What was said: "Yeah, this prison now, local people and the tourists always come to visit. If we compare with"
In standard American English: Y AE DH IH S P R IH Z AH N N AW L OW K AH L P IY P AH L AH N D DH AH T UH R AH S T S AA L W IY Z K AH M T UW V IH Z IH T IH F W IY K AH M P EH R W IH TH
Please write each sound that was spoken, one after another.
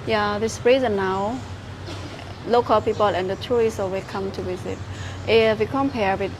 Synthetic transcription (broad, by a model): Y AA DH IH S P R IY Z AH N N AW L OW K AH L P IY P AH L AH N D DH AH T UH R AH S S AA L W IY K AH M T UW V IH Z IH T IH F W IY K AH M P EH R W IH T